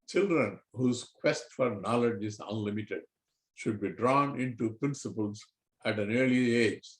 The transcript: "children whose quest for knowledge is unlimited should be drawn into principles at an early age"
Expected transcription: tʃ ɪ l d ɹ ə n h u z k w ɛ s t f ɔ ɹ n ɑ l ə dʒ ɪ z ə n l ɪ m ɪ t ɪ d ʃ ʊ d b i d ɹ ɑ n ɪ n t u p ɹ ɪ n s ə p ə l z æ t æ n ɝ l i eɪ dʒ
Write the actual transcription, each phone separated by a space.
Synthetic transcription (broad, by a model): tʃ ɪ l d ɹ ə n h u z k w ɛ s t f ɔ ɹ n ɑ l ə dʒ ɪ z ə n l ɪ m ɪ t ɪ d ʃ ʊ d b i d ɹ ɑ n ɪ n t u p ɹ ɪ n s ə p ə l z æ t æ n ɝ l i eɪ dʒ